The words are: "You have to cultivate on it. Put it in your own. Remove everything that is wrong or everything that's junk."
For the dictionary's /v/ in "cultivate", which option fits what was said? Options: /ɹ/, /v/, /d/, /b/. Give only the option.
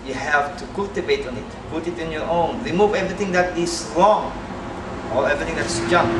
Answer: /b/